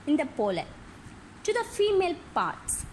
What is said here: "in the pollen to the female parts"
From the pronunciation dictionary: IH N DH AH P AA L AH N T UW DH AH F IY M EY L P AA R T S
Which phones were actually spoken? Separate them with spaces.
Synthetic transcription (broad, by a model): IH N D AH P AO L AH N T UW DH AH F IY M EY L P AA R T S